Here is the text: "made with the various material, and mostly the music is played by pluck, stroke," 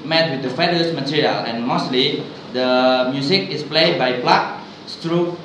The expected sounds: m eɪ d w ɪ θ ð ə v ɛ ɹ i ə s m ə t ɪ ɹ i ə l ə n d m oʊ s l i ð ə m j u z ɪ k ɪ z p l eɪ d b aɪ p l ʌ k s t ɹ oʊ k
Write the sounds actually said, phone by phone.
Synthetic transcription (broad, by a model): m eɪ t w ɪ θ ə f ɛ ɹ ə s m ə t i ɹ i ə l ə n m oʊ s l i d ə m j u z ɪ k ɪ s p l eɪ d b aɪ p l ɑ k s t ɹ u